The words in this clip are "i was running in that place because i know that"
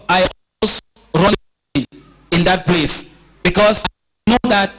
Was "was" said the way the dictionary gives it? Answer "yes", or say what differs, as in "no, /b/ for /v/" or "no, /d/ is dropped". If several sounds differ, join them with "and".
no, /s/ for /z/